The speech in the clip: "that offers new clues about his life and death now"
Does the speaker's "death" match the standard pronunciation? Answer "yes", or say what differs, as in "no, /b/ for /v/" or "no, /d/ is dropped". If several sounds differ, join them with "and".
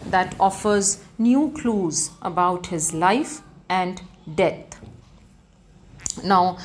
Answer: no, /t/ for /θ/